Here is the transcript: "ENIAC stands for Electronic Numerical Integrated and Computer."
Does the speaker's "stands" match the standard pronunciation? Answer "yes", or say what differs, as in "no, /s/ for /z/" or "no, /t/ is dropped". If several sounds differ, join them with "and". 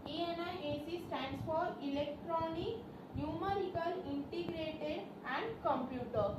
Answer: no, /s/ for /z/